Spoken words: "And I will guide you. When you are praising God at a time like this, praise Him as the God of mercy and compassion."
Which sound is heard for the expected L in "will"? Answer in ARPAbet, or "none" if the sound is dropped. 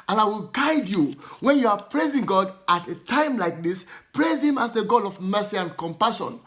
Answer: L